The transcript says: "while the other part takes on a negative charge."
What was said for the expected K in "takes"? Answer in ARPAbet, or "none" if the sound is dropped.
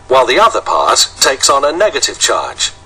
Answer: K